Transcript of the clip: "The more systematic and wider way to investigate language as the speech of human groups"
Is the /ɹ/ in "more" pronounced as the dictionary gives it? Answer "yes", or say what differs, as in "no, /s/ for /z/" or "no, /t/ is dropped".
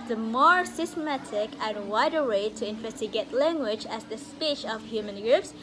yes